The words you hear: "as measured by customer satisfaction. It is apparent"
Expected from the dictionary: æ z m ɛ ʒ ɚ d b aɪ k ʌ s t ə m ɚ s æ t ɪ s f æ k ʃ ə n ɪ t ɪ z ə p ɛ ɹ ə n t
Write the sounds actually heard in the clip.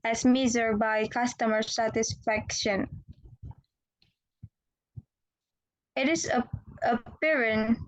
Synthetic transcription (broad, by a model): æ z m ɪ z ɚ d b aɪ k ʌ s t ə m ɚ s æ t ɪ s f æ k ʃ ə n ɪ t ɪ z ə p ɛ ɹ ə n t